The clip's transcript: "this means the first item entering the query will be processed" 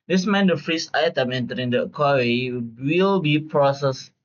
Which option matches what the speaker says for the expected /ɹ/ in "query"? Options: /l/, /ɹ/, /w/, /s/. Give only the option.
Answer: /w/